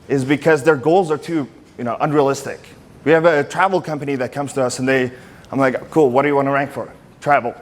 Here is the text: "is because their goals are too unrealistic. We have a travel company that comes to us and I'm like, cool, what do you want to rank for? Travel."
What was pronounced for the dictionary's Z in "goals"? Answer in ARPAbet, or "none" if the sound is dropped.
Z